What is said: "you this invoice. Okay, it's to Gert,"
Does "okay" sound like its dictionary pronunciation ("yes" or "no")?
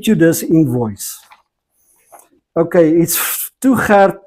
yes